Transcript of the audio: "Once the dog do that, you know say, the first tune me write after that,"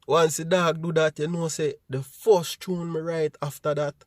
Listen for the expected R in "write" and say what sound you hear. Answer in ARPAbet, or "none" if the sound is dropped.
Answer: R